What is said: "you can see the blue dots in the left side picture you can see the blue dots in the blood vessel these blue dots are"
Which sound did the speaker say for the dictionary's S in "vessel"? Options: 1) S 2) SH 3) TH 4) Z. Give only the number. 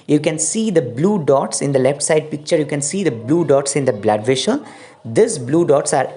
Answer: 2